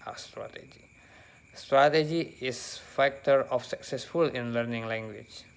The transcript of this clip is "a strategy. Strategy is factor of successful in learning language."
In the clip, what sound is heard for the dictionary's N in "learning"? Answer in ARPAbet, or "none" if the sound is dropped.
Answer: N